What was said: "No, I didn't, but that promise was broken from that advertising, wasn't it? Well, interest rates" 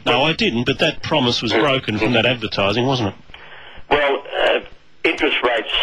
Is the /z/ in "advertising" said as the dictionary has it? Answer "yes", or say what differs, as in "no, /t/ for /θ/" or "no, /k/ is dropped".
yes